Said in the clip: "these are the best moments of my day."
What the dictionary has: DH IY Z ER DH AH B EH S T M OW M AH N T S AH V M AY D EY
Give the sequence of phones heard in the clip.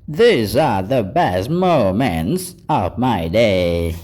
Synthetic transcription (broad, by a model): DH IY Z ER DH AH B EH S T M OW M AH N T S AH V M AY D EY